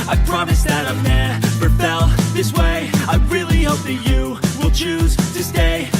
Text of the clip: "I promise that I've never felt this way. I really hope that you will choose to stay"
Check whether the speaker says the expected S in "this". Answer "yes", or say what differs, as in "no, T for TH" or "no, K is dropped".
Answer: yes